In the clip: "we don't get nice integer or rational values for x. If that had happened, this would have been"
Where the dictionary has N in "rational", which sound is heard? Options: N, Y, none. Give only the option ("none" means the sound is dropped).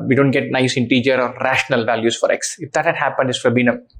N